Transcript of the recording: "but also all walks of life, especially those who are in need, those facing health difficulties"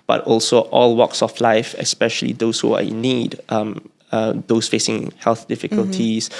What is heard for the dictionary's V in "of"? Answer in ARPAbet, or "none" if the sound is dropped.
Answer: F